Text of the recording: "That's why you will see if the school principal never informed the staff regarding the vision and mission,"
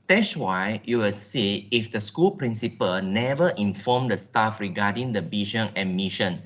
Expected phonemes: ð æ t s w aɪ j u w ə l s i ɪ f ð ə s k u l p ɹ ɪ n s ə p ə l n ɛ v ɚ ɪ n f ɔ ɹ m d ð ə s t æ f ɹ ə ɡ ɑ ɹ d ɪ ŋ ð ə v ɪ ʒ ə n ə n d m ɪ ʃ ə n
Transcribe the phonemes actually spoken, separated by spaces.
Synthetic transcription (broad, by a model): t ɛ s w aɪ j u w ə l s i ɪ f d ə s k u l p ɹ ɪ n s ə p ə l n ɛ v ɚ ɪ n f ɔ m d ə s t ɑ f ɹ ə ɡ ɑ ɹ d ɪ ŋ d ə b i ʃ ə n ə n m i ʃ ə n